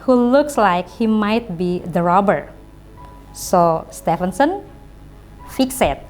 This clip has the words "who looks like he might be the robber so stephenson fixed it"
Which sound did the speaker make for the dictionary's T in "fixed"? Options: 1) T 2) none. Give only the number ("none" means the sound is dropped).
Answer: 2